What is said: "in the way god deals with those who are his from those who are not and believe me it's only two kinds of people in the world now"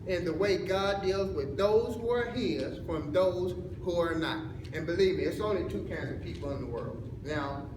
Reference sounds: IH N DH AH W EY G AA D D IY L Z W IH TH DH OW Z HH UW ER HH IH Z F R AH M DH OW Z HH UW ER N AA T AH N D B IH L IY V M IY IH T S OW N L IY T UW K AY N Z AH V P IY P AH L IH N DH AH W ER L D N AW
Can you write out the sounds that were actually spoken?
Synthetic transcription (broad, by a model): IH N DH AH W EY G AA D D IY L Z W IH DH OW Z HH UW ER HH IH Z F R AH M DH OW Z HH UW ER N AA T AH N B IH L IY V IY IH T S OW N L IY T UW K AY N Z AH V P IY P L IH N DH AH W ER L D N AW